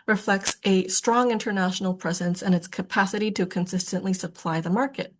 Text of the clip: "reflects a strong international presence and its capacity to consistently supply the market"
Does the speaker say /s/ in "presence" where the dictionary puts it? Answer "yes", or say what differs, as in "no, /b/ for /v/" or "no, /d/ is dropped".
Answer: yes